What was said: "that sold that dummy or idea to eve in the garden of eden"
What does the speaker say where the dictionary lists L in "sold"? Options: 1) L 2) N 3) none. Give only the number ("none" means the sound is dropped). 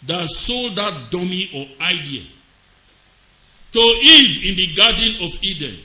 1